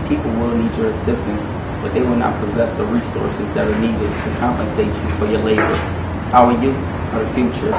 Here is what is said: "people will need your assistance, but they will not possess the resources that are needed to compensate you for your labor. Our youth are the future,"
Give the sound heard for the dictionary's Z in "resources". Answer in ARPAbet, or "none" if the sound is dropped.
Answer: Z